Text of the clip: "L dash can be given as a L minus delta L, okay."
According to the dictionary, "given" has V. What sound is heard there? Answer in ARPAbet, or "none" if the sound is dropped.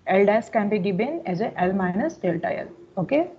B